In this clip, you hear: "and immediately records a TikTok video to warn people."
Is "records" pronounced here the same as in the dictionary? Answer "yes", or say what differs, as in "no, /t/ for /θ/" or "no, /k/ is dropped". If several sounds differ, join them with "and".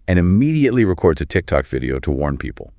yes